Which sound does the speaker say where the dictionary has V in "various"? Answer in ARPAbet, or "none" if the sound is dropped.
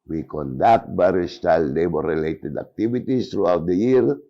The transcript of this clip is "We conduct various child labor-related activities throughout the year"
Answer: B